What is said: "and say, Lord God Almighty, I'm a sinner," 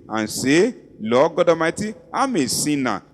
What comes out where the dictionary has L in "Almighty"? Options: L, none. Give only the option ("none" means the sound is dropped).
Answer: none